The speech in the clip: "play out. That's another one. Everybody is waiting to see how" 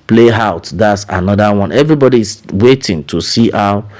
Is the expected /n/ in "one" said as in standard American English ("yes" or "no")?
yes